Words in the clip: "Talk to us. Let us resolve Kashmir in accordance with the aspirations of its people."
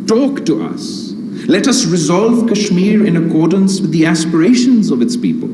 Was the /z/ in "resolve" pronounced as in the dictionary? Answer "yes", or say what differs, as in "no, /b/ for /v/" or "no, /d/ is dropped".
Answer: yes